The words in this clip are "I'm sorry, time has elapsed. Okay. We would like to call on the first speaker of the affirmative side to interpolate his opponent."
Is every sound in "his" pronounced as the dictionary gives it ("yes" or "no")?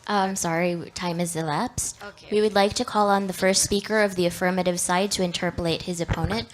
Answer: yes